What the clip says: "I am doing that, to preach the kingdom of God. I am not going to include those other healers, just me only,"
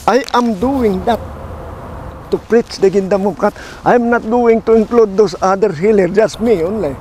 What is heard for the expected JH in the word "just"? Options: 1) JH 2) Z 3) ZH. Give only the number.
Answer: 1